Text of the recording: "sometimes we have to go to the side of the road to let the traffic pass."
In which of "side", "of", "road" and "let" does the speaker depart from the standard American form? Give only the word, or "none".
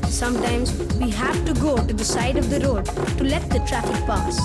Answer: none